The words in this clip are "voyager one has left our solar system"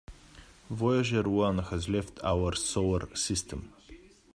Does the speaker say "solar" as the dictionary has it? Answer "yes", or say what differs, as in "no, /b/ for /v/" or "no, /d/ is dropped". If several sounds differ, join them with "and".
no, /w/ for /l/